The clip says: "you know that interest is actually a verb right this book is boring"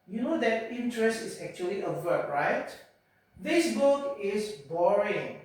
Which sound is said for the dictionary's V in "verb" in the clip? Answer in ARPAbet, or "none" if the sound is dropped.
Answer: W